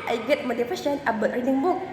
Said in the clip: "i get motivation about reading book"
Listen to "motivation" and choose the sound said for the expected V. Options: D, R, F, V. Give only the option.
F